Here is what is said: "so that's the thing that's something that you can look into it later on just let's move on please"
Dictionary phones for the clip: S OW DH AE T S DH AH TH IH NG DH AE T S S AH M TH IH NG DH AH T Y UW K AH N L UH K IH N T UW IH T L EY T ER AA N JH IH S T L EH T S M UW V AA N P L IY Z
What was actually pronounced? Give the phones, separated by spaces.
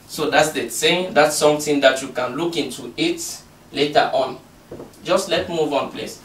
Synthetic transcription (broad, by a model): S OW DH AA T S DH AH S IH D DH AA T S S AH M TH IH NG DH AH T Y UW K AH N L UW K IH N T UW IH T L EY T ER AA N JH IH S T L EH T M UW V AA N P L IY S